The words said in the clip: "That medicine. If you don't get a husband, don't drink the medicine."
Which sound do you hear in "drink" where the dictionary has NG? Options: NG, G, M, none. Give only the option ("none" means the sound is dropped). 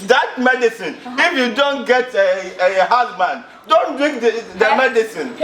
none